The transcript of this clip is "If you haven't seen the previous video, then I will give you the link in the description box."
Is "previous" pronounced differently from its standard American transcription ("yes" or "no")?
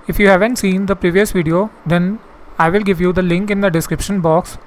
no